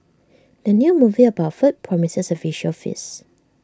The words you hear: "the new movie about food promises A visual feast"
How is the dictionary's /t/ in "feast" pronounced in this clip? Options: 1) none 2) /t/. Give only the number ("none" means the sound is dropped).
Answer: 1